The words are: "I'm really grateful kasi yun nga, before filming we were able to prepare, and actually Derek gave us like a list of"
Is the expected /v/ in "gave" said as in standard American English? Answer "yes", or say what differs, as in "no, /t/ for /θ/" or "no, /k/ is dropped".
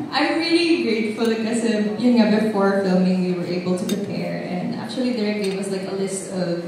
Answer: no, /w/ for /v/